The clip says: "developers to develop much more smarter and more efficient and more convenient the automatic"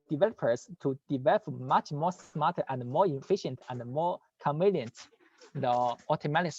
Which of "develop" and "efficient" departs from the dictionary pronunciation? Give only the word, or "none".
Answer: none